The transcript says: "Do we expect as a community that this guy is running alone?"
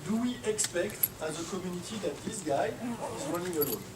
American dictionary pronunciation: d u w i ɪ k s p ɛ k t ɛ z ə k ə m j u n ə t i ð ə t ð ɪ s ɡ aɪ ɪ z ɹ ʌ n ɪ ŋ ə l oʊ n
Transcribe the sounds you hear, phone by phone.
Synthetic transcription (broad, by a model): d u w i ɪ k s p ɛ k t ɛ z ə k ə m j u n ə t i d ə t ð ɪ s ɡ aɪ ɪ z w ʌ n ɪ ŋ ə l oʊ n